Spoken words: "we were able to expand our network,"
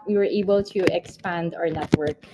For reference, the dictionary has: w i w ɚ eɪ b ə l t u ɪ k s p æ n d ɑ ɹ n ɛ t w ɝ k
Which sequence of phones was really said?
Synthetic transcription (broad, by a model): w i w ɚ eɪ b ə l t u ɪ k s p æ n d ɑ ɹ n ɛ t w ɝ k